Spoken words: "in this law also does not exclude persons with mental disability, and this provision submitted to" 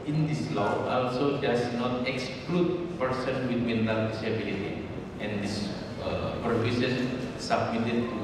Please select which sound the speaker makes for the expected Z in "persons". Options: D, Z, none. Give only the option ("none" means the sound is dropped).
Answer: none